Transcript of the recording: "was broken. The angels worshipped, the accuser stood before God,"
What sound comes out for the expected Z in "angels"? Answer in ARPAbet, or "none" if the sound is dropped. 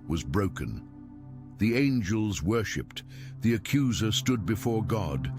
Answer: Z